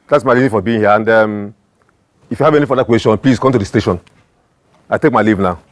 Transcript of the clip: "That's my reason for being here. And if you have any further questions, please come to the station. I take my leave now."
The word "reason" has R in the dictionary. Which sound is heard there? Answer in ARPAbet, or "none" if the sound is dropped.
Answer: L